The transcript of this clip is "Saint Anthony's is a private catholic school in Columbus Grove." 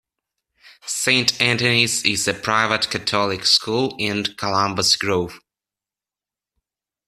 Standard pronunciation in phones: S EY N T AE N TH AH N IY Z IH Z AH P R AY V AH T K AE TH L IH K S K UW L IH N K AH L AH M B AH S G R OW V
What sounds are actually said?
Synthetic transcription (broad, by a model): S EY N T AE N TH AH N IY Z IH Z AH P R AY V AH T K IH T L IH K S K UW L IH N K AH L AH M B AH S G R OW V